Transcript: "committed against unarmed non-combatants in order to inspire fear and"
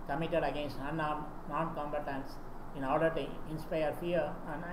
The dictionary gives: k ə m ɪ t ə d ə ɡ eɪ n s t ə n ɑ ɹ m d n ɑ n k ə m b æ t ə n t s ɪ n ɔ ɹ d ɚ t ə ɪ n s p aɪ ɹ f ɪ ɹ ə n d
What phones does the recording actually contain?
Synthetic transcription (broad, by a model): k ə m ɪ t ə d ə ɡ eɪ n s t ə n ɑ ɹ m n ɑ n k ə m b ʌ t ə n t s ɪ n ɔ l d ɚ t ə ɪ n s p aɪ ɹ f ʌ ɹ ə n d